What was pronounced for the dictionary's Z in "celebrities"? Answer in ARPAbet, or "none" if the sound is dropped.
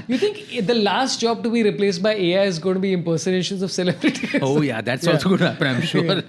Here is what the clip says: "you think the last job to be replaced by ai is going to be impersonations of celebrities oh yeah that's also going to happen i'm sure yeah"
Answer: none